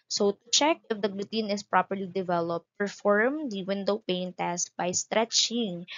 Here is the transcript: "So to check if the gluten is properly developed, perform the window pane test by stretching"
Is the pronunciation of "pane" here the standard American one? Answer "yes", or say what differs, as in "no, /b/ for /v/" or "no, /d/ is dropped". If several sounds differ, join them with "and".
yes